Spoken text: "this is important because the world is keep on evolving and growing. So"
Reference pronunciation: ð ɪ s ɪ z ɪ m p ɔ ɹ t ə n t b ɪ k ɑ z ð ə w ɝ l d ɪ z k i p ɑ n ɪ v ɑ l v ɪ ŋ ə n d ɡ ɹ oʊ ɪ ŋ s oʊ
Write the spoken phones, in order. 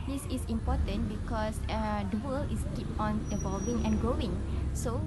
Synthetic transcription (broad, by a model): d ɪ s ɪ s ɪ m p ɔ t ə n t b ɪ k ɑ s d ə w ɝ l ɪ s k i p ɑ n ɪ v ɑ l v ɪ ŋ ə n ɡ ɹ oʊ ɪ ŋ s oʊ